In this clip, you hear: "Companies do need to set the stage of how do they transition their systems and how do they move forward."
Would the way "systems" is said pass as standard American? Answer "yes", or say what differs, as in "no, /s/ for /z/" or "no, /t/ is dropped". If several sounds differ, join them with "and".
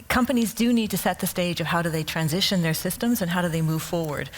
yes